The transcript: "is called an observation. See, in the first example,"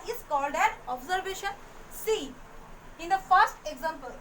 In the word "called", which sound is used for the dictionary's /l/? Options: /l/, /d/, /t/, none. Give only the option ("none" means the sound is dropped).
/l/